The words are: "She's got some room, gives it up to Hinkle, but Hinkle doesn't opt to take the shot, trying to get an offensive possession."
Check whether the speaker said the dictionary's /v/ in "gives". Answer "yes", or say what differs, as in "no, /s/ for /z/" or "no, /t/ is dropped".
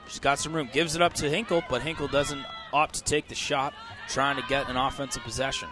yes